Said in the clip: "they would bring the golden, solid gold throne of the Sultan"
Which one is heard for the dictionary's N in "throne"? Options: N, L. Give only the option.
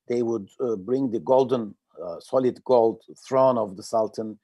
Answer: N